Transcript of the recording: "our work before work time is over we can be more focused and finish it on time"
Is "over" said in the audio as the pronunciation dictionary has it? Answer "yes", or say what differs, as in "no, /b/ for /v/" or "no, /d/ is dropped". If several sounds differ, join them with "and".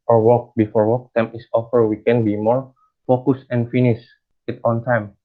no, /f/ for /v/